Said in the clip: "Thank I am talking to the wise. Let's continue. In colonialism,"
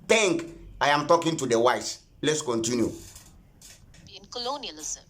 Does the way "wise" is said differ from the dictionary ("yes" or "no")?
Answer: yes